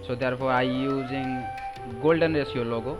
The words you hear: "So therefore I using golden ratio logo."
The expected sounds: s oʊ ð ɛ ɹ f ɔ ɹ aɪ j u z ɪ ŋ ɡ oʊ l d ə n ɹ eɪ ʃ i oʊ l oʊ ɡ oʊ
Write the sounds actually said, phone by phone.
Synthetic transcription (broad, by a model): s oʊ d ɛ ɹ p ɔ ɹ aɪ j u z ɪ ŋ ɡ oʊ l d ə n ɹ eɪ s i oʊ l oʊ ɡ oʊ